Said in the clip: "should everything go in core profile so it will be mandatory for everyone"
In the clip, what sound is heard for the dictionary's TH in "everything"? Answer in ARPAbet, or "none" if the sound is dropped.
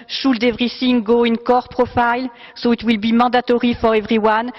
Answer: S